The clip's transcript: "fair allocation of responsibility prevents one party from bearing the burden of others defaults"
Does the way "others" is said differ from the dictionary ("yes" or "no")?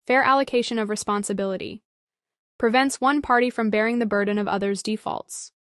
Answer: no